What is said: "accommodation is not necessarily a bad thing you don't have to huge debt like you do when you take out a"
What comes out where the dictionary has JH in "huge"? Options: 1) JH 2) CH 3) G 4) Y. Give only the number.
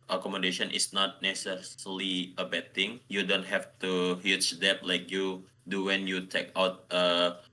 2